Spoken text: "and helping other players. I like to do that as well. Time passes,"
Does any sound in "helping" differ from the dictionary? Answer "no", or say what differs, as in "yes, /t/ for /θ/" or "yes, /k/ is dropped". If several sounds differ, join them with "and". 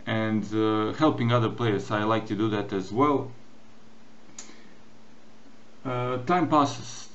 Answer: no